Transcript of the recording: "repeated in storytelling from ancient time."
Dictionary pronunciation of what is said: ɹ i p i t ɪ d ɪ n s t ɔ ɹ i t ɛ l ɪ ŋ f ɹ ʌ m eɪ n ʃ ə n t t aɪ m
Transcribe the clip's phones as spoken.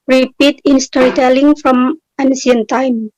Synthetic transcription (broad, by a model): ɹ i p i t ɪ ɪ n s t ɔ ɹ i t ɛ l ɪ ŋ f ɹ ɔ m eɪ n s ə n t t aɪ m